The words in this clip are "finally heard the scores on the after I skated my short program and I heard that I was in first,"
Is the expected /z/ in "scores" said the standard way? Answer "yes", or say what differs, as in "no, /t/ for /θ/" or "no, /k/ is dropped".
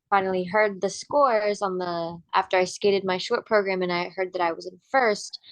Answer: yes